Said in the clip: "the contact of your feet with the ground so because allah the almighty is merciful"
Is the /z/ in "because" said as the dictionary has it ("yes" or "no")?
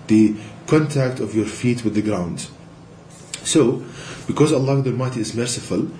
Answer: yes